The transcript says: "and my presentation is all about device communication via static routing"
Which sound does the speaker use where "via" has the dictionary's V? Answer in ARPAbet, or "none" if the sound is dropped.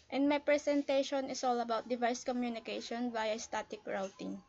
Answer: B